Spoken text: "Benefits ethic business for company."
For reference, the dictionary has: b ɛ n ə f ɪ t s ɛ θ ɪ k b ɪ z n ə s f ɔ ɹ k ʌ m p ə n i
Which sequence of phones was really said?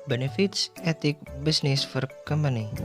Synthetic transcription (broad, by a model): b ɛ n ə f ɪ t s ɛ t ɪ k b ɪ s n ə s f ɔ ɹ k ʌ m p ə n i